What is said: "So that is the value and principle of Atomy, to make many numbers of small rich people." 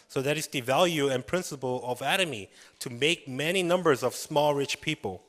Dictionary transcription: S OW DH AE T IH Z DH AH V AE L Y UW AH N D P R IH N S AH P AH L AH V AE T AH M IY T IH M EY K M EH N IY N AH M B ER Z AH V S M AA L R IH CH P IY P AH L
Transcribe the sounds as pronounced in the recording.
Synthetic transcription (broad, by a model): S OW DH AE T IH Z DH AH V AE L Y UW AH N P R IH N S AH P AH L AH V AE T AH M IY T IH M EY K M EH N IY N AH M B ER Z AH V S M AA L R IH CH P IY P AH L